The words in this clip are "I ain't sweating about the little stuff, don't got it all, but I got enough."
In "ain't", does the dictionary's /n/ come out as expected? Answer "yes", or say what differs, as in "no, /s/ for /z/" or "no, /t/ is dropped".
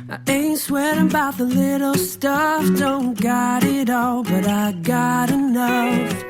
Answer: yes